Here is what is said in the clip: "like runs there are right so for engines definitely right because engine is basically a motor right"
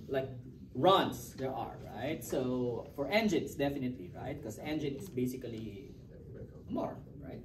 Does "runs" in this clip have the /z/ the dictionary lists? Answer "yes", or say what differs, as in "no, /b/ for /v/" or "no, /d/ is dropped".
no, /s/ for /z/